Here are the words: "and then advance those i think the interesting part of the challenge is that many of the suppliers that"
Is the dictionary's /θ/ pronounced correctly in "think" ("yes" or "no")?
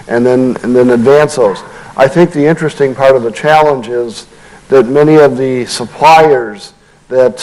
yes